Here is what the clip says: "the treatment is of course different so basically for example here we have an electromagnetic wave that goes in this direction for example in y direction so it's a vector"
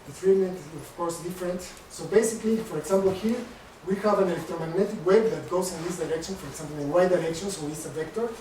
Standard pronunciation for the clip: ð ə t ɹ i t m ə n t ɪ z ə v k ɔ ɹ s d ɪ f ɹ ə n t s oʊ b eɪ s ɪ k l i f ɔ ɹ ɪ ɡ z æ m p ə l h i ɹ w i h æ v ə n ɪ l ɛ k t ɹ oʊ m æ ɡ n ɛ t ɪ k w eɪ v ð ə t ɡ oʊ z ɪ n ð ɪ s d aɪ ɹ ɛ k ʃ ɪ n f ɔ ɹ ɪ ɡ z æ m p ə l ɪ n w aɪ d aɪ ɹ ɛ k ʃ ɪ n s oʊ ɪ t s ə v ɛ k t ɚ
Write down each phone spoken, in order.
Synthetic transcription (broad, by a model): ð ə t ɹ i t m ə n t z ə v k ɔ ɹ s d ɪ f ɹ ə n t s oʊ b eɪ s ɪ k l i f ɔ ɹ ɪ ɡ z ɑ m p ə l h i ɹ w i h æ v ə n ɪ l ɛ k t ɹ oʊ m æ ɡ n ɛ t ɪ k w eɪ b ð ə t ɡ oʊ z ɪ n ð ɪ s d aɪ ɹ ɛ k ʃ ɪ n f ɔ ɹ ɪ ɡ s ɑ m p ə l ɪ n w aɪ d aɪ ɹ ɛ k ʃ ɪ n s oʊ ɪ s ə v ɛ k t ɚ